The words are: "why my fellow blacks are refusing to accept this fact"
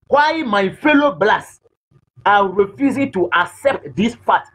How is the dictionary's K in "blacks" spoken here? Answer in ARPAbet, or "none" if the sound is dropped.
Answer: none